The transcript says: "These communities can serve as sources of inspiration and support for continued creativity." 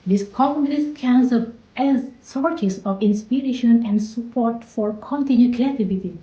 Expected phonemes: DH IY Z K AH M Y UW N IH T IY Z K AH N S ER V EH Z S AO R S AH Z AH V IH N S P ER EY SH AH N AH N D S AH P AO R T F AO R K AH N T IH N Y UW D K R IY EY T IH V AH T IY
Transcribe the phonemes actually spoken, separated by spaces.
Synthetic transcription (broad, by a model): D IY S K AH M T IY S K AH N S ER P EH Z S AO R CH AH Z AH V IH N S P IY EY SH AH N AH N D S AH P AO R T F AO R K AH N T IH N Y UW K R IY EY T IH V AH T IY